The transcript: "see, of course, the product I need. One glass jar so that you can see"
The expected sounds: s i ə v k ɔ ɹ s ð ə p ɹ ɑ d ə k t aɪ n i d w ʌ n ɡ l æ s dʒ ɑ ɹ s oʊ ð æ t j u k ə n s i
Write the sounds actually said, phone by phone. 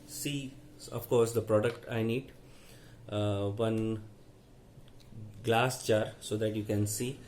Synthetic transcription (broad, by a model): s i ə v k ɔ ɹ s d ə p ɹ ɑ d ə k t aɪ n i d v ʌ n ɡ l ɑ s tʃ ɑ ɹ s oʊ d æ t j u k ə n s i